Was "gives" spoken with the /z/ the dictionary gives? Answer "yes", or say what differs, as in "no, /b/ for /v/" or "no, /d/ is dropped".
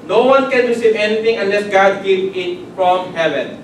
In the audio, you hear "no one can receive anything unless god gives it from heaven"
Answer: no, /z/ is dropped